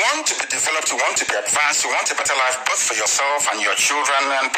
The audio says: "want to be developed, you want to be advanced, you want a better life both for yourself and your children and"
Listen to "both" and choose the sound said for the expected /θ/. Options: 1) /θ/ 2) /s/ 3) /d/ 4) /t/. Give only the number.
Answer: 1